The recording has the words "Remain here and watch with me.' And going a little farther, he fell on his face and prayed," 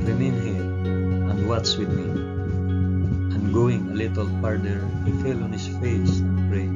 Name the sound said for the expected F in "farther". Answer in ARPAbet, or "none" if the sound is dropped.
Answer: P